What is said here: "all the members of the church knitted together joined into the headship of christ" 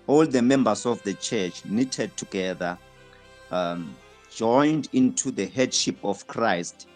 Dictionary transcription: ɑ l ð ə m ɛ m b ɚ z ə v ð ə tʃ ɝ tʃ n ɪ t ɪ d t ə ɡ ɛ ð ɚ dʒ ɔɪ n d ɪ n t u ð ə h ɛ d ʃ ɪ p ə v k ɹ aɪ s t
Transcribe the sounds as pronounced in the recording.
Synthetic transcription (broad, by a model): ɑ l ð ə m ɛ m b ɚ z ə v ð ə tʃ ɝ tʃ n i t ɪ d t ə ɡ ɛ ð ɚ dʒ ɔɪ n d ɪ n t u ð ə h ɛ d ʃ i p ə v k ɹ aɪ s t